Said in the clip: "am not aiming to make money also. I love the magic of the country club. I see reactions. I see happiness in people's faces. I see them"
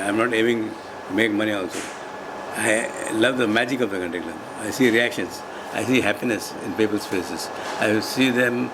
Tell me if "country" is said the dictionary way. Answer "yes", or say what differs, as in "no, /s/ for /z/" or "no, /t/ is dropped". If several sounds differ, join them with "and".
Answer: no, /ɹ/ is dropped